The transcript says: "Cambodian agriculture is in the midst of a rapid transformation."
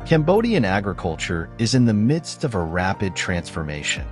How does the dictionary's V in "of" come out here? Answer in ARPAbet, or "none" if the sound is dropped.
V